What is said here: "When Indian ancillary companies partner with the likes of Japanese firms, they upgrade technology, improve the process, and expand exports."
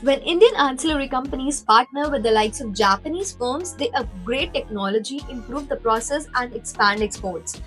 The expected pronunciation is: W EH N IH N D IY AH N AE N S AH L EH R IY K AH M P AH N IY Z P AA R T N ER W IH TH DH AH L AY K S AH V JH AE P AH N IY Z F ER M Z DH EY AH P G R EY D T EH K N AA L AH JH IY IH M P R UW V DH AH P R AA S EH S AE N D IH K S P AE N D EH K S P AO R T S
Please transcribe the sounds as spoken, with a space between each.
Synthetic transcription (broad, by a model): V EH N IH N D IY AH N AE N S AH L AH R IY K AH M P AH N IY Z P AA R T N ER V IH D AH L AY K S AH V JH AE P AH N IY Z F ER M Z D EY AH G R EY T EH K N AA L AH JH IY IH M P R UW V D AH P R AA S EH S AE N D IH K S P AE N D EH K S P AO R T S